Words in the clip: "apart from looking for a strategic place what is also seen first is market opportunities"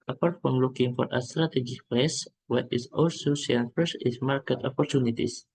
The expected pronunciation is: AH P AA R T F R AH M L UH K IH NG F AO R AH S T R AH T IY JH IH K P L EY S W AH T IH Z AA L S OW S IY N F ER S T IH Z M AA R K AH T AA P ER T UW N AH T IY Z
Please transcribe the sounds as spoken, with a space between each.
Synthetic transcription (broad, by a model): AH P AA R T F R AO M L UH K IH NG F AO R AH S T R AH T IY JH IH K P L EY S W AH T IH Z AA L S OW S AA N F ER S IH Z M AA R K AH T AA P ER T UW N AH T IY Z